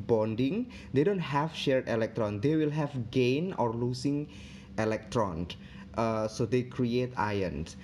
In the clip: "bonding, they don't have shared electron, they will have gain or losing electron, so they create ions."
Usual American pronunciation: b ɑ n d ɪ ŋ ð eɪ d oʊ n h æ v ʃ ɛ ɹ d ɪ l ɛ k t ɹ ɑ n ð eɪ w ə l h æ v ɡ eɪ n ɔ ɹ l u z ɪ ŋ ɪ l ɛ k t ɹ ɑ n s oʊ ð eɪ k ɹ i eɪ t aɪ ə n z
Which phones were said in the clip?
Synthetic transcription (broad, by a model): b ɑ n d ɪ ŋ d eɪ d oʊ n h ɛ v ʃ ɛ ɹ d ɪ l ɛ k t ɹ ɑ n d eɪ w ə l h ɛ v ɡ eɪ n ɔ ɹ l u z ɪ ŋ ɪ l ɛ k t ɹ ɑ n s oʊ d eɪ k ɹ i eɪ t aɪ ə n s